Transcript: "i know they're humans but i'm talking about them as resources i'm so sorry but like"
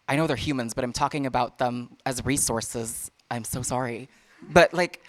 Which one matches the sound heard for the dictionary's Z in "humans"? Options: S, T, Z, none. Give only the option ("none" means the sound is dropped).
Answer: Z